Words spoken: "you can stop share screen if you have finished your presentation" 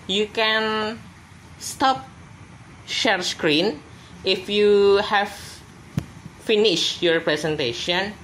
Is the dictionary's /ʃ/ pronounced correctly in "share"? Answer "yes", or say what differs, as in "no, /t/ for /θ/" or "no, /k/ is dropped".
yes